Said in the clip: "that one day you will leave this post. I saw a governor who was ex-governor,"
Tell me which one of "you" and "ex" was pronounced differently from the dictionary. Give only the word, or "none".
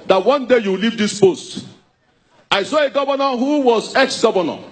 none